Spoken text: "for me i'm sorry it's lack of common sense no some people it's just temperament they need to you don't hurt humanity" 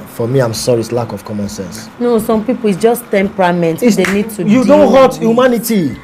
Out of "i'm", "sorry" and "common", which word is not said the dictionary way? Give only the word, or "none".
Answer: none